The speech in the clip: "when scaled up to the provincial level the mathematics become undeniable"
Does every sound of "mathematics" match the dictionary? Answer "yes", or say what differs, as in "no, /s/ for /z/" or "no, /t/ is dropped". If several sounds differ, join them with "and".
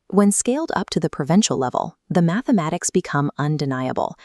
yes